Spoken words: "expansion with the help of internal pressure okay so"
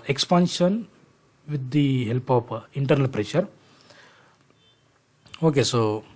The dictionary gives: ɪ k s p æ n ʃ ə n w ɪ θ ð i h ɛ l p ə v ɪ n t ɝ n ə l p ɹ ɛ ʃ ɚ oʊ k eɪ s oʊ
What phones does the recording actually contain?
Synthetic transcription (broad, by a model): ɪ k s p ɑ n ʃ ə n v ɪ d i h ɛ l p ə p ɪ n t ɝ n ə l p ɹ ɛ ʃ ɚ oʊ k eɪ s oʊ